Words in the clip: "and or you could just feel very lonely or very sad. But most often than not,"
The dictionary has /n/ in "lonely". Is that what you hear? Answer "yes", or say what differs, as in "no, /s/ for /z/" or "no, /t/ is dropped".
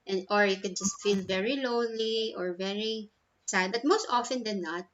no, /n/ is dropped